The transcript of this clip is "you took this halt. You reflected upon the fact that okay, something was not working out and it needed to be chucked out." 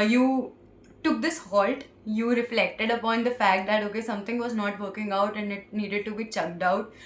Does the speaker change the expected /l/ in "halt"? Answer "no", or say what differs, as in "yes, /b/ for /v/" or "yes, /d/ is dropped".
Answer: no